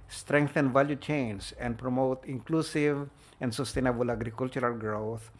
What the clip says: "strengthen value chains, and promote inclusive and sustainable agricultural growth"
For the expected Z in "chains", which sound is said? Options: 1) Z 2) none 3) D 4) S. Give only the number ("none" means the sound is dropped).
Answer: 4